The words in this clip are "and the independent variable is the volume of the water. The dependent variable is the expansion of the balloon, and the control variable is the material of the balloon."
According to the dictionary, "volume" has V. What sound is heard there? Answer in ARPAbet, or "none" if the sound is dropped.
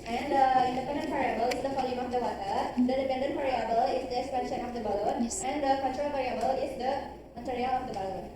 F